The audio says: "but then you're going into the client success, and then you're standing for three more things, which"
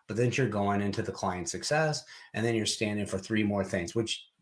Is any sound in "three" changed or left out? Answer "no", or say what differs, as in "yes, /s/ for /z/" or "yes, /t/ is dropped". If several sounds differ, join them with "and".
no